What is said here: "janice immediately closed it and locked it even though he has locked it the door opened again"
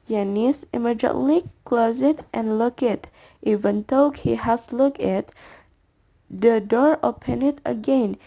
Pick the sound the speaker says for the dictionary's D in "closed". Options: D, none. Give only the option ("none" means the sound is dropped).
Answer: none